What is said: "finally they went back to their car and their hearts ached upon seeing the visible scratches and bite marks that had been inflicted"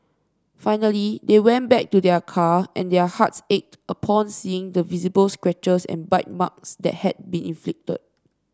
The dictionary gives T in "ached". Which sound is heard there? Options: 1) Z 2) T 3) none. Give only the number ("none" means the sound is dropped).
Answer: 2